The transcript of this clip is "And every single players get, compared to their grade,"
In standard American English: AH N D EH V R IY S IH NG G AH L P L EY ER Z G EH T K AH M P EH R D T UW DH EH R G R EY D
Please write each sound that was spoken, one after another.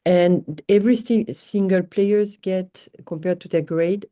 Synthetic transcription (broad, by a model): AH N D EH V R IY S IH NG G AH L P L EY ER Z G EH T K AH M P EH R D T UW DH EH G R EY D